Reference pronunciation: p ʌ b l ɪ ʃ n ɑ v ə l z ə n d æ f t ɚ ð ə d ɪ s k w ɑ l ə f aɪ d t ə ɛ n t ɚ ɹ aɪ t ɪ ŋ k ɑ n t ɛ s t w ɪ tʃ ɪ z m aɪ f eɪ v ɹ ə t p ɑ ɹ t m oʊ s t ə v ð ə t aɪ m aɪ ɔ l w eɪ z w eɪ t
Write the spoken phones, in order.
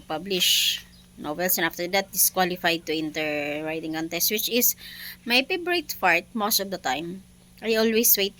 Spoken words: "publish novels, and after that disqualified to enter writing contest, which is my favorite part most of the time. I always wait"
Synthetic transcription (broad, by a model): p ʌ b l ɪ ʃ n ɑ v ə l s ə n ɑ f t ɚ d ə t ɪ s k w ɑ l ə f aɪ d t ə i n t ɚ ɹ aɪ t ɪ ŋ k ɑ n t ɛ s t w ɪ tʃ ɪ s m aɪ p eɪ b ɹ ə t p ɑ ɹ t m oʊ s t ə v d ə t aɪ m aɪ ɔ l w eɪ s w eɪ t